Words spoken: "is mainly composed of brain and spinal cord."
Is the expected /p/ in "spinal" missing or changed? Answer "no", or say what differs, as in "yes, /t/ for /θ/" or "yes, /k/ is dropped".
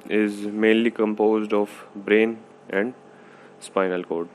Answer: no